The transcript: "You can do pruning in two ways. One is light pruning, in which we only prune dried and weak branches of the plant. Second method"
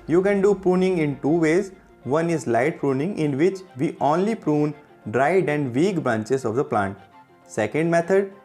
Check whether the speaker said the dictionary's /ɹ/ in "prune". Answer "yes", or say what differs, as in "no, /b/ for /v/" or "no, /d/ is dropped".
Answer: yes